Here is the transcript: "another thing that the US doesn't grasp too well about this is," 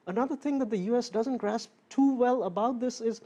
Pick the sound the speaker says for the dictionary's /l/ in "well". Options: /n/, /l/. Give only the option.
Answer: /l/